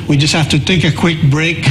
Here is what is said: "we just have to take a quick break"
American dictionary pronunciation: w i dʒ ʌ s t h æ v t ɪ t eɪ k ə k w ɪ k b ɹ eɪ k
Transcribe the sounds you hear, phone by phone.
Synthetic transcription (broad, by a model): w i dʒ ʌ s t h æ f t ɪ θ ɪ k ə k w ɪ k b ɹ eɪ k